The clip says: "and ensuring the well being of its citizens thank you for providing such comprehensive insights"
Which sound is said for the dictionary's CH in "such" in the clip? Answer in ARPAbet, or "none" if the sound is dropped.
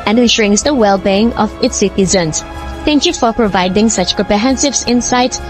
CH